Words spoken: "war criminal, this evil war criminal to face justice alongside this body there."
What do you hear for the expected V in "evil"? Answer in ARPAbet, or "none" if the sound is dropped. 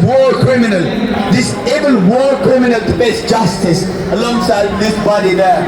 B